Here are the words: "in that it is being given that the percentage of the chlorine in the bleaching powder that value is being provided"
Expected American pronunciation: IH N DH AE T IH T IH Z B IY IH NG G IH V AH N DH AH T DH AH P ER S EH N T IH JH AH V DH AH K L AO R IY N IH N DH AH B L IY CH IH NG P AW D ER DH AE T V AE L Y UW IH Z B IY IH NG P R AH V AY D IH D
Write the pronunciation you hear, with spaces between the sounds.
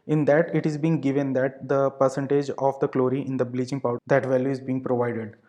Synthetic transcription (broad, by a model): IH N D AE T IH T IH Z B IY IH NG G IH V AH N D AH T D AH P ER S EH N T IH JH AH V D AH K L AO R IY IH N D AH B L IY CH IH NG P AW D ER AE T V AE L Y UW IH Z B IY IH NG P R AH V AY D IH D